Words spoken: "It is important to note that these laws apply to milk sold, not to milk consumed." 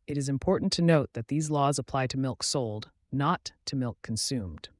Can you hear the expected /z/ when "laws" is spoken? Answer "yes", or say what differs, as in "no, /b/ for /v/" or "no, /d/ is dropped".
yes